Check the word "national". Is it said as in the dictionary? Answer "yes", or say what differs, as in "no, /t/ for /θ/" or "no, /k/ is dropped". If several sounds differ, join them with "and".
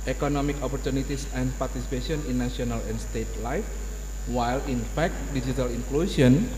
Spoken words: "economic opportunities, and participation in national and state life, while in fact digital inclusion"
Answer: no, /ʃ/ is dropped